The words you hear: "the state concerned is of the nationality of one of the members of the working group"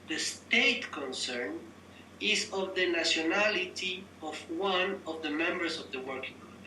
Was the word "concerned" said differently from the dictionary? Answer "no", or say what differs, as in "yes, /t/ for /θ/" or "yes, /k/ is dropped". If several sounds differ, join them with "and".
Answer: yes, /d/ is dropped